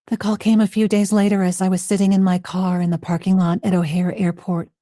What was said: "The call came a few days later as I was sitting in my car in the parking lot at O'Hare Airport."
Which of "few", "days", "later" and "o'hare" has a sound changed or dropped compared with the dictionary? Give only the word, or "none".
none